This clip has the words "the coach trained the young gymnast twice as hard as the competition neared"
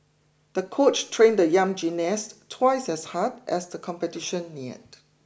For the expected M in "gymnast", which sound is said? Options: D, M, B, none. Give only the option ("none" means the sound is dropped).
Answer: none